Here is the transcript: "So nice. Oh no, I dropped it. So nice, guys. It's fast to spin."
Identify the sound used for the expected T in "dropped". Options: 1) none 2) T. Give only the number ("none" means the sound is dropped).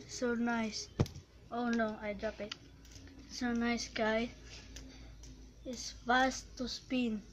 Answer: 1